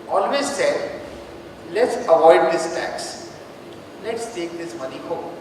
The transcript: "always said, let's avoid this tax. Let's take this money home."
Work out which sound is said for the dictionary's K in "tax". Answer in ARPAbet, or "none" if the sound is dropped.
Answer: K